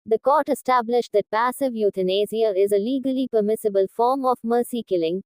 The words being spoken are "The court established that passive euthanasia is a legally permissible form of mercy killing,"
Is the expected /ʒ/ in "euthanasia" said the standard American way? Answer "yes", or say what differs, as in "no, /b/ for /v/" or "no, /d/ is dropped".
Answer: no, /z/ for /ʒ/